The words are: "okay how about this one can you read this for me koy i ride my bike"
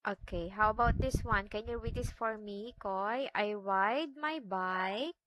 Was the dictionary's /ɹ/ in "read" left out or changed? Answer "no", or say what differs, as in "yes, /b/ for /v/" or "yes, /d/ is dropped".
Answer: yes, /w/ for /ɹ/